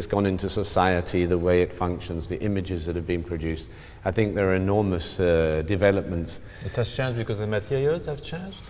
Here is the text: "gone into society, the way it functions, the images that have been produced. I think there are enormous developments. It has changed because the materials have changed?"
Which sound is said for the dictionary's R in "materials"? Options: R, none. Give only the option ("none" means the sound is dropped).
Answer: none